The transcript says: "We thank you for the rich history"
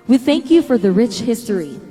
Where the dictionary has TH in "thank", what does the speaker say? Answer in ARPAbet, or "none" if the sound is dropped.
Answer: TH